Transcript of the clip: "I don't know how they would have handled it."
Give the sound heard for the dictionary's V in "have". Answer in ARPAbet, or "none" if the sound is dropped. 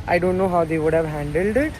V